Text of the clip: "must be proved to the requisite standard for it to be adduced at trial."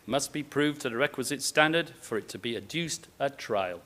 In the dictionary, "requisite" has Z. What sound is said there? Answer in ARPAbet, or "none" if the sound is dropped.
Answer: Z